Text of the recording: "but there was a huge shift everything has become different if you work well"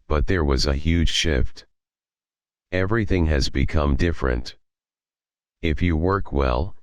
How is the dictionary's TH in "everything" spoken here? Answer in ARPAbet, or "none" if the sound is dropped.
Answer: TH